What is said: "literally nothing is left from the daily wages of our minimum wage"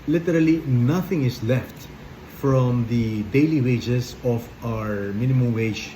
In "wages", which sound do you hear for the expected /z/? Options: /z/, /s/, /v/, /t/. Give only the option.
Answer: /s/